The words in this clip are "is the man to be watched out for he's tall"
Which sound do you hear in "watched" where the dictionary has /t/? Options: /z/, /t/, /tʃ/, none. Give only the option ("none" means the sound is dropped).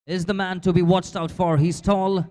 /t/